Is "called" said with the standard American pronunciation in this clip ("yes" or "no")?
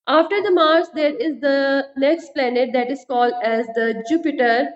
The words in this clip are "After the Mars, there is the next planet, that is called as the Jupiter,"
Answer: yes